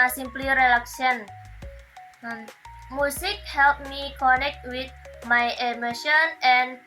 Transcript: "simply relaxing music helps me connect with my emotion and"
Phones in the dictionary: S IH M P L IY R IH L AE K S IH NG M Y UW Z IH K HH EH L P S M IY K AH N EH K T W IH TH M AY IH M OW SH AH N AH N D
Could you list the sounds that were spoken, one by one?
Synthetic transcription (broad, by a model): S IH M P L IY R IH L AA K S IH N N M UW S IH K HH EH L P M IY K AH N EH K T W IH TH M AY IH M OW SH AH N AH N